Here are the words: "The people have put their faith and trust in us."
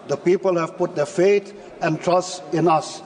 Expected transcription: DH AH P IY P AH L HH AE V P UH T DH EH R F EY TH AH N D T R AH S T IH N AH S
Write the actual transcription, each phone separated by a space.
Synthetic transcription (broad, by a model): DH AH P IY P AH L HH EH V P UH T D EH F EY T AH N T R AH S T IH N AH S